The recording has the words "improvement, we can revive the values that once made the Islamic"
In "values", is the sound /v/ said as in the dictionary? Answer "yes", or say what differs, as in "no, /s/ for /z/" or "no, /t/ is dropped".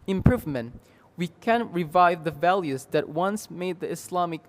yes